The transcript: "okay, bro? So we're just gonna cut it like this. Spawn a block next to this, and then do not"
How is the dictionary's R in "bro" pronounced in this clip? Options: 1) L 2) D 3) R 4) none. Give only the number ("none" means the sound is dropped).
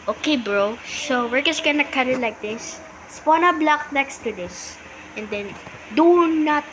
3